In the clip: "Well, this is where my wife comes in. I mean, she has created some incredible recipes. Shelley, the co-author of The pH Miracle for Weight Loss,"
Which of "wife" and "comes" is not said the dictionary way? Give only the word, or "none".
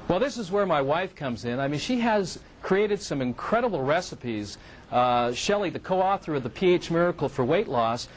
none